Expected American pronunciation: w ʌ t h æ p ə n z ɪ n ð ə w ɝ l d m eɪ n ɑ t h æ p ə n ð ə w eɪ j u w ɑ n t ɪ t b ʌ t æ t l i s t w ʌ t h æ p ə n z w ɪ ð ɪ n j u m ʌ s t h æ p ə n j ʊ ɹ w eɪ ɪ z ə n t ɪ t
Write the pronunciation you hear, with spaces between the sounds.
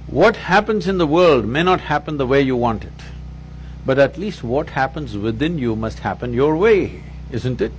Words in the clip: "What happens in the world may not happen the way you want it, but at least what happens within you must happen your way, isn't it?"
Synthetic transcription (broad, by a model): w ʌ t h æ p ə n z ɪ n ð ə w ɝ l d m eɪ n ɑ t h æ p ə n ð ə w eɪ j u w ɑ n t ɪ t b ʌ t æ t l i s t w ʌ t h æ p ə n z w ɪ ð ɪ n j u m ʌ s t h æ p ə n j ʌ ɹ w eɪ ɪ z ə n t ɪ t